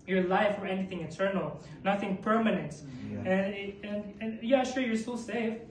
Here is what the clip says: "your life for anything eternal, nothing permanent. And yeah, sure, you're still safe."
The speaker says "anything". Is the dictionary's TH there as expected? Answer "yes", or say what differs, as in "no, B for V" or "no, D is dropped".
yes